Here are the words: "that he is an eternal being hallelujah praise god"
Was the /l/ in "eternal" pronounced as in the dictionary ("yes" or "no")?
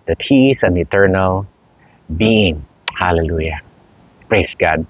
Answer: yes